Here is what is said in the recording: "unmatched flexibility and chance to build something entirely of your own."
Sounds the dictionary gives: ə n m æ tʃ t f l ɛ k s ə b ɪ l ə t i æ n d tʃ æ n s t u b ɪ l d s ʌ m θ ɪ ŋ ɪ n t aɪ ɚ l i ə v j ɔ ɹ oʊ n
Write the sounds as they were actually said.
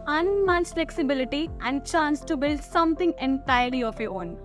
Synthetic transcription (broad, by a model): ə n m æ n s f l ɛ k s ə b ɪ l ə t i æ n d tʃ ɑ n s t u b ɪ l d s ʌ m t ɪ ŋ ɪ n t aɪ ɚ l i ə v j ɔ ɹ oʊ n